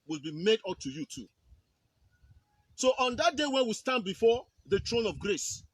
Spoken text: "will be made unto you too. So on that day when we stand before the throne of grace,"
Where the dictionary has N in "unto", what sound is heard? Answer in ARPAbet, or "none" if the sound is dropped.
none